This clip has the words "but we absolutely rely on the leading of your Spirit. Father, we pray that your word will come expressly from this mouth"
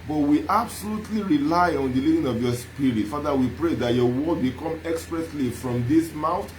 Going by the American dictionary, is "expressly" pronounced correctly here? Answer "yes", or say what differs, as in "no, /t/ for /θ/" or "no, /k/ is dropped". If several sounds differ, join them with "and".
yes